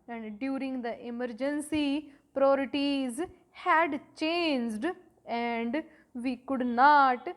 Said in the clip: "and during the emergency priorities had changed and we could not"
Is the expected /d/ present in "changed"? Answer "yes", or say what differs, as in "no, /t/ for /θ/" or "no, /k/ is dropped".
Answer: yes